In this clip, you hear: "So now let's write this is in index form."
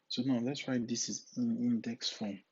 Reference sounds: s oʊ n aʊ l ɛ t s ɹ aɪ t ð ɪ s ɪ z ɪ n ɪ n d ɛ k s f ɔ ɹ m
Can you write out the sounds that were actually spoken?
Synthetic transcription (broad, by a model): s oʊ n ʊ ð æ t s w aɪ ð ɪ s ɪ z ɪ n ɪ n d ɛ k s f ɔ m